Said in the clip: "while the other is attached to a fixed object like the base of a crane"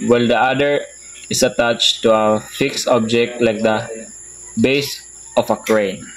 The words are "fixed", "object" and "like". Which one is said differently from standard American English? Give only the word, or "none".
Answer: none